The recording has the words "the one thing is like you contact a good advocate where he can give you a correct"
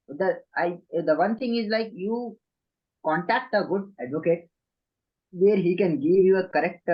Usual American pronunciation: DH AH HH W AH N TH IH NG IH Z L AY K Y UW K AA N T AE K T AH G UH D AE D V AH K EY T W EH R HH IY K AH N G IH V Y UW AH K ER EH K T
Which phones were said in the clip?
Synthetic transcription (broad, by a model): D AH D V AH N T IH NG IH Z L AY K Y UW K AA N T AE K T AH G UH D AE D V AH K EY T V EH R HH IY K AH N G IH V Y UW AH K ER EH K T